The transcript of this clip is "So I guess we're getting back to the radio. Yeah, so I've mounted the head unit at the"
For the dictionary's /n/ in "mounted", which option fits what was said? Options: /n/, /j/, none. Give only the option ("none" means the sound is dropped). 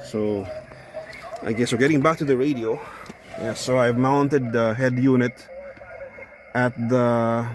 /n/